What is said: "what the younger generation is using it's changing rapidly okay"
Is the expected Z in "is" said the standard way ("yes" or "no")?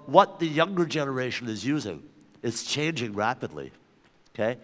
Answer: yes